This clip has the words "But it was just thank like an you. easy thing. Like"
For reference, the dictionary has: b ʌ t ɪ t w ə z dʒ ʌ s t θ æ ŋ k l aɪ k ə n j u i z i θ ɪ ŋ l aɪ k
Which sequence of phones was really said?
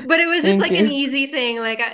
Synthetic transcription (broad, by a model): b ʌ t ɪ t w ə z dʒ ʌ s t l aɪ k ə n i z i θ ɪ ŋ l aɪ k